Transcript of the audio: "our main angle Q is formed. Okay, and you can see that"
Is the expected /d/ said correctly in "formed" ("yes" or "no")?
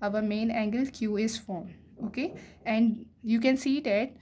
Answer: no